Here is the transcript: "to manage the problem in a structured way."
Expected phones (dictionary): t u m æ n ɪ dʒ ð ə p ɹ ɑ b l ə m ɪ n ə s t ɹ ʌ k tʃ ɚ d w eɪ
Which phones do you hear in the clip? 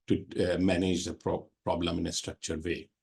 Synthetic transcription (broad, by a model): t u m æ n ɪ dʒ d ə p ɹ ɑ b l ə m ɪ n ə s t ɹ ʌ k tʃ ɚ d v eɪ